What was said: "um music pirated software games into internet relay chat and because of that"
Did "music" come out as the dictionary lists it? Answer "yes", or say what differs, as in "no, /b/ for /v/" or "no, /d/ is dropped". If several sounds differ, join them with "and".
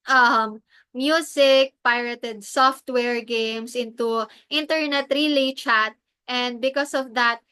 no, /s/ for /z/